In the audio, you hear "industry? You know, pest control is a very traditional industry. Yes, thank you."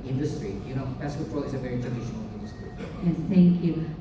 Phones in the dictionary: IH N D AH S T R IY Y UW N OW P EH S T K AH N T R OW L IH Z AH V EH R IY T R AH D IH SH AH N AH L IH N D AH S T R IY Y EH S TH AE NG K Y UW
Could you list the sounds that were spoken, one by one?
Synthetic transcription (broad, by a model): IH N D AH S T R IY Y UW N OW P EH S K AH T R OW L IH Z AH V EH R IY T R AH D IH SH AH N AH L IH N D AH S T R IY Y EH TH AE NG K Y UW